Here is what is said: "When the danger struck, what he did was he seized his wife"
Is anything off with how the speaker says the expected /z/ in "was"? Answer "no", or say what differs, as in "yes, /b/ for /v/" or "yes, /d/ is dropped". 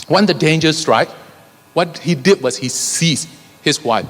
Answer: yes, /s/ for /z/